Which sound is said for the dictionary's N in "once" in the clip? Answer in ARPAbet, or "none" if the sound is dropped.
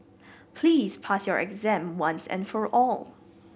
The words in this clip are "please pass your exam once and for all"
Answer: N